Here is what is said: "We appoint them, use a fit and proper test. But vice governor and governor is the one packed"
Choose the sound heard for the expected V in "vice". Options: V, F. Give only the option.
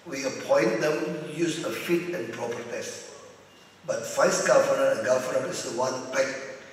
F